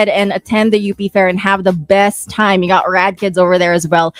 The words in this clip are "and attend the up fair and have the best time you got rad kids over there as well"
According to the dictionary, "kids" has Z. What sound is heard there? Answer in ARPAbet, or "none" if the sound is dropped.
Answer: Z